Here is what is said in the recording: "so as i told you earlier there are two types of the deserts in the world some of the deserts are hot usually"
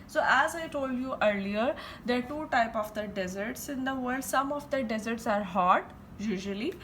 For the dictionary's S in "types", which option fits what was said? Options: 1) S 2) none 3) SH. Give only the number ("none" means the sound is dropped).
2